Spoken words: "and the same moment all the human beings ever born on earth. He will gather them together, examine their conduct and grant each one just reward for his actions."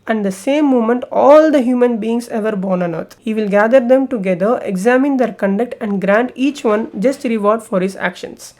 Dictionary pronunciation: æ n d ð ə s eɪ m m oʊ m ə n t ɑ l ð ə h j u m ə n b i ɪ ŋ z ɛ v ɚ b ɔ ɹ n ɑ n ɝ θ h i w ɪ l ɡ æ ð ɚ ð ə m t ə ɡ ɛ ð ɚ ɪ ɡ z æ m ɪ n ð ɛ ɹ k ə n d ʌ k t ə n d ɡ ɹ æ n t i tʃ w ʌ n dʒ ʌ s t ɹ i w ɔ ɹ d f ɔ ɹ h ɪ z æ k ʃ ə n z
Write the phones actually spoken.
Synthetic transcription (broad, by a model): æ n d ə s eɪ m m oʊ m ə n t ɑ l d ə h j u m ə n b i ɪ ŋ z ɛ v ɚ b ɔ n n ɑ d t h i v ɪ l ɡ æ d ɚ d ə m t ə ɡ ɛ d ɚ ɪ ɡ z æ m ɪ n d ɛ ɹ k ə n d ʌ k t ə n d ɡ ɹ æ n t i tʃ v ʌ n dʒ ʌ s t ɹ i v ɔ ɹ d f ɔ ɹ h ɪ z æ k ʃ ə n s